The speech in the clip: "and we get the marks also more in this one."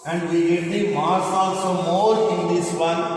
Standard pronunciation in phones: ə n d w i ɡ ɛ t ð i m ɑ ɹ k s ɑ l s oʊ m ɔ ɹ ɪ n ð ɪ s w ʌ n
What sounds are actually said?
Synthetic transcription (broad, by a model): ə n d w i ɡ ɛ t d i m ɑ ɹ s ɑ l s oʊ m ɔ ɹ ɪ n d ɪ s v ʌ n